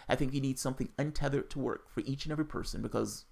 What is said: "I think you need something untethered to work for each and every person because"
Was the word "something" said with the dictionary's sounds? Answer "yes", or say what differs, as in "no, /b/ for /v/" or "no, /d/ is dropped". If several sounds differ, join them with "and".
yes